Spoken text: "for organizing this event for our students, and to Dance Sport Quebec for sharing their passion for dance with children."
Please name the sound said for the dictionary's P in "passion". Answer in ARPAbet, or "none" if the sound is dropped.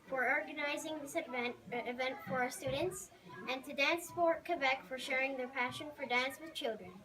P